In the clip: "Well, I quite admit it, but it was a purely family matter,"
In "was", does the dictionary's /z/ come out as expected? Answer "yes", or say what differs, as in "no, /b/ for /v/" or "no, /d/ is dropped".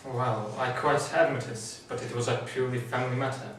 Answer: yes